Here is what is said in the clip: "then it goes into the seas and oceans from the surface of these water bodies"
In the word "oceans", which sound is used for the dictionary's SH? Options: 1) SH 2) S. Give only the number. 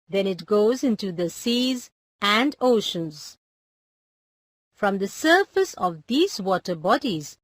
1